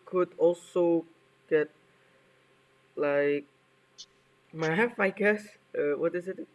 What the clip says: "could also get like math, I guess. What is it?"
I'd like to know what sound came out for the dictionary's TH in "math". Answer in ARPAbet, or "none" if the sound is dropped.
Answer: F